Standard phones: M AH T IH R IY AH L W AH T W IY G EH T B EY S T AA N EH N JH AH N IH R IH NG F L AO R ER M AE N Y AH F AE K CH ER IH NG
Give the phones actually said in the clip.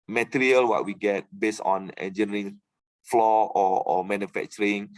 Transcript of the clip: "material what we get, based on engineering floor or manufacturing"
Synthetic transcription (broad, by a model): M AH T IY R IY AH L W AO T W IY G EH T B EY S AA N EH N JH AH N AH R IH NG F L AO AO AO M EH N Y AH F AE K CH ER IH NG